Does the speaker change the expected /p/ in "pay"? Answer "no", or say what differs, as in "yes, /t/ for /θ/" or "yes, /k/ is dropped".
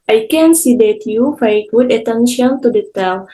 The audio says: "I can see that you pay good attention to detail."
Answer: yes, /f/ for /p/